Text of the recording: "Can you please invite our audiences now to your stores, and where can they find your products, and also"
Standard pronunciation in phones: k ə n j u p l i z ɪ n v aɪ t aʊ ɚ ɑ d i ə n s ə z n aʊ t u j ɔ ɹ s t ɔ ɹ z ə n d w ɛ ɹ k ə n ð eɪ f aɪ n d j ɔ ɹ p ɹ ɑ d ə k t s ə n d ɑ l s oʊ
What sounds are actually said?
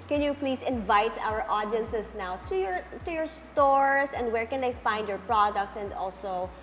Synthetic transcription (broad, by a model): k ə n j u p l i s ɪ n v aɪ t aʊ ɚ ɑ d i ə n s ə s n aʊ t u j ɔ ɹ s t ɔ ɹ s ə n d w ɛ ɹ k ə n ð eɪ f aɪ n d j ɔ ɹ p ɹ ɑ d ə k t s ə n d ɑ l s oʊ